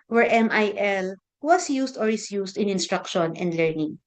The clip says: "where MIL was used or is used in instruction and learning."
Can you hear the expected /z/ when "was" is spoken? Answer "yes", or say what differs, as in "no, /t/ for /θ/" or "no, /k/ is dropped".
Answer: no, /s/ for /z/